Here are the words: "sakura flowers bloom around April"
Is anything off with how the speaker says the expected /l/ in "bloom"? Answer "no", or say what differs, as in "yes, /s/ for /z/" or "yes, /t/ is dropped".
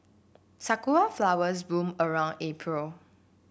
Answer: yes, /l/ is dropped